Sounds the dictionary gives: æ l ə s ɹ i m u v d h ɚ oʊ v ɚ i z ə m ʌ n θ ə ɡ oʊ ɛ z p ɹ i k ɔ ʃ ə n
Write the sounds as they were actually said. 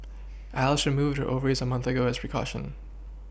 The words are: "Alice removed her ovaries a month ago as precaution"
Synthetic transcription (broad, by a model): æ l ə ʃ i m u v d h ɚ oʊ v ɚ i z ə m ʌ n θ ə ɡ oʊ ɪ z p ɹ i k ɔ ʃ ə n